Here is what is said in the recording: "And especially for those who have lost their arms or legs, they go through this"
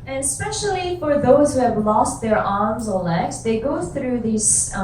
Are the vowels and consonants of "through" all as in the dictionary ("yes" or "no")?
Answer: yes